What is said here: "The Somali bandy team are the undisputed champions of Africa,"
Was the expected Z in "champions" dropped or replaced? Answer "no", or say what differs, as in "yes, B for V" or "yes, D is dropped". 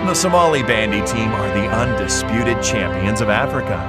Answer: no